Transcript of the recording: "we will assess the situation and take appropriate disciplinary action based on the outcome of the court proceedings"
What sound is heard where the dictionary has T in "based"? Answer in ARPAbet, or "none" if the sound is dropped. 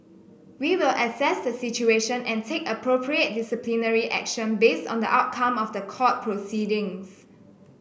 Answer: T